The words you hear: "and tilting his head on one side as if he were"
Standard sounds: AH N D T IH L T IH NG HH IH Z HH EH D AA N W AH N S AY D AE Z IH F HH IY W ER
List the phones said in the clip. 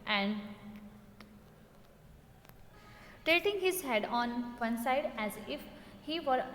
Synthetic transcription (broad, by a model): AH N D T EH T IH NG HH IH Z HH EH D AA N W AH N S AY D AE Z IH F HH IY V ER